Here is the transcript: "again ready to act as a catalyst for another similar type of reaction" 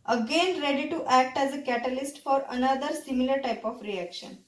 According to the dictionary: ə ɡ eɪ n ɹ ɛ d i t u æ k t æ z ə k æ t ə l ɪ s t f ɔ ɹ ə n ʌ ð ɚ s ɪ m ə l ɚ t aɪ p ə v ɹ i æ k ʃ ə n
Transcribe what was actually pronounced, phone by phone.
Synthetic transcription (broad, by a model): ə ɡ eɪ n ɹ ɛ d i t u æ k t æ z ə k æ t ə l ɪ s t f ɔ ɹ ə n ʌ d ɚ s ɪ m ə l ɚ t aɪ p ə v ɹ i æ k ʃ ə n